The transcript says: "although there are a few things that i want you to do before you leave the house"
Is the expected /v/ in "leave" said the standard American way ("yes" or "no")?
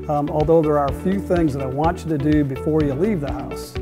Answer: yes